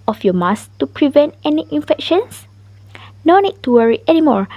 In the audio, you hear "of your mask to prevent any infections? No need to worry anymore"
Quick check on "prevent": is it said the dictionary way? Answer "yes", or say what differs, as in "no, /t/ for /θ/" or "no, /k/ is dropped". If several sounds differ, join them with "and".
yes